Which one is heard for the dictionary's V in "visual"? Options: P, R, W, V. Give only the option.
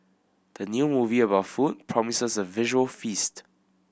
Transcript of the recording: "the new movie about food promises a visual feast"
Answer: V